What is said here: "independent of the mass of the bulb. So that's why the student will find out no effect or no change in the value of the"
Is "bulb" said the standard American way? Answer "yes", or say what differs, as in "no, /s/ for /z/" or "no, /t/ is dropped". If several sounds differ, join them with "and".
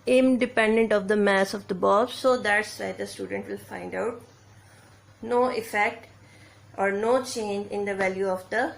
no, /l/ is dropped